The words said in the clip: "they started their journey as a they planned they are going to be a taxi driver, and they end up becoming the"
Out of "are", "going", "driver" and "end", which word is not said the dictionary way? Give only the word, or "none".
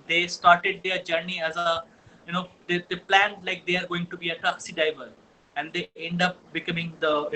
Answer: driver